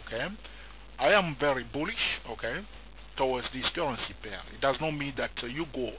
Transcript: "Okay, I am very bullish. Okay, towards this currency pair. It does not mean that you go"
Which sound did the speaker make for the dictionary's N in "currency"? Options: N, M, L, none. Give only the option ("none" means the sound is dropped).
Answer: N